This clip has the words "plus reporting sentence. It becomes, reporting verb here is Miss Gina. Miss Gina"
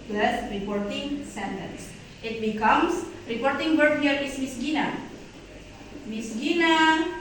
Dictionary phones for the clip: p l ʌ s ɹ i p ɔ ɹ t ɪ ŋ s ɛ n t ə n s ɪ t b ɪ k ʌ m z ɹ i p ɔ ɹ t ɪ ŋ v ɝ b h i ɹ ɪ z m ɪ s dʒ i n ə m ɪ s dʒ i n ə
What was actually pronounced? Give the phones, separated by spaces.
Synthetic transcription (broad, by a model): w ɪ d ɹ i p ɔ ɹ t ɪ ŋ s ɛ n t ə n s ɪ t b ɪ k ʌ m s ɹ i p ɔ ɹ t ɪ ŋ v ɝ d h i ɹ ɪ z m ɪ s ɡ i n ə m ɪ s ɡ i n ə